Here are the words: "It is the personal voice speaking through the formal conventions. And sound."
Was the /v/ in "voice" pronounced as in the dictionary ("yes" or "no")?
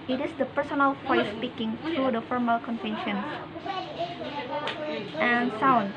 no